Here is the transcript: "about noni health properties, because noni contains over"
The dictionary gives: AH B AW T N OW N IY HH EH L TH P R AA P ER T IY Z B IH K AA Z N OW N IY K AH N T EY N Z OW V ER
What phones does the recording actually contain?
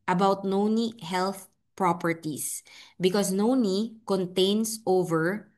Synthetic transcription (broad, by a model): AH B AW T N OW N IY HH EH L TH P R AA P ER T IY S B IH K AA S N OW N IY K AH N T EY N S OW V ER